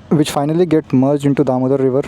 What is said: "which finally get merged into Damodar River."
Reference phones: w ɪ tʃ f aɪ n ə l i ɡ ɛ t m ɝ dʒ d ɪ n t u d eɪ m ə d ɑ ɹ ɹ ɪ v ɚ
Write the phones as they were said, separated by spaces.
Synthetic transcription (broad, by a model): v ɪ tʃ f aɪ n ə l i ɡ ɛ t m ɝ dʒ ɪ n t u d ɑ m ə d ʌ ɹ ɹ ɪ v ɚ